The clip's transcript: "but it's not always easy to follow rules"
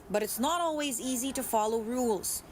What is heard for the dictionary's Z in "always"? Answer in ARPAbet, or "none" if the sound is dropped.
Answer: Z